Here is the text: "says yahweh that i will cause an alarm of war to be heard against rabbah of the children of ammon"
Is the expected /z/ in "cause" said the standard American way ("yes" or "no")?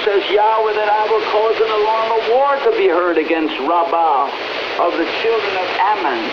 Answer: yes